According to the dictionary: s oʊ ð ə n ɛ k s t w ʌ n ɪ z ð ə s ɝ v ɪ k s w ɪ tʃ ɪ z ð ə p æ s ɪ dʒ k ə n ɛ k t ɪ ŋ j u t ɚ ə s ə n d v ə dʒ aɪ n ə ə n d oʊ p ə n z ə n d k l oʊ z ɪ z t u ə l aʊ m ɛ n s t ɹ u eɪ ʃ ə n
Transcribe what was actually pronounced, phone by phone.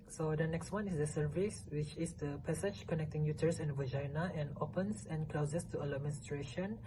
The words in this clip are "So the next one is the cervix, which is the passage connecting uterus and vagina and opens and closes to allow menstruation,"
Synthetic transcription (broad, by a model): s oʊ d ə n ɛ k s t w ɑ n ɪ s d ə s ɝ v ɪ s w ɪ tʃ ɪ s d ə p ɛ s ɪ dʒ k ə n ɛ k t ɪ ŋ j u t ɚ s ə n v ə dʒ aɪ n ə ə n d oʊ p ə n s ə n k l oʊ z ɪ s t u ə l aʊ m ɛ n s t ɹ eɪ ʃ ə n